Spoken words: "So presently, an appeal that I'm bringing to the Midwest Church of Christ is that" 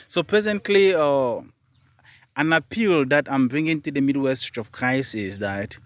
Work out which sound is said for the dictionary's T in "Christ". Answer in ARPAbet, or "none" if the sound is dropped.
none